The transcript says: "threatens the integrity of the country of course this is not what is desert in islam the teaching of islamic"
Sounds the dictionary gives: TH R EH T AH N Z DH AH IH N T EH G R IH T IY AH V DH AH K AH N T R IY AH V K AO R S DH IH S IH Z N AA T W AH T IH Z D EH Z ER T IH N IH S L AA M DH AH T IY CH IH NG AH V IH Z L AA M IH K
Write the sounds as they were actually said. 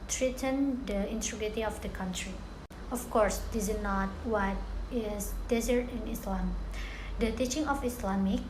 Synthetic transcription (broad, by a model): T R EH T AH N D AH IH N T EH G IH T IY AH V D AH K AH N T R IY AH F K AO R S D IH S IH N AA T W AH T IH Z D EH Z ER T IH N IH S L AA M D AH T IY CH IH NG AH F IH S L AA M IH K